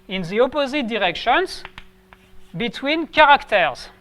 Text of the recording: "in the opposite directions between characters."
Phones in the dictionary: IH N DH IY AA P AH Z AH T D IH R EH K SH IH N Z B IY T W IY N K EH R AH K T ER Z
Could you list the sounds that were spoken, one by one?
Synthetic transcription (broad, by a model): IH N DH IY AA P AH Z AH T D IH R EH K SH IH N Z B IY T W IY N K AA R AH K T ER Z